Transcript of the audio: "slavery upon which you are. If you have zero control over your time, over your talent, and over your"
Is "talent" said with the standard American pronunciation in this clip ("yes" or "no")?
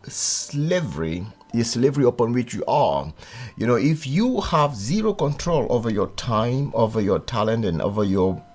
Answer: yes